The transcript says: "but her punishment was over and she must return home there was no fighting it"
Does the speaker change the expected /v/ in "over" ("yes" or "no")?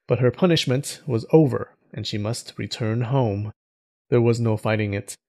no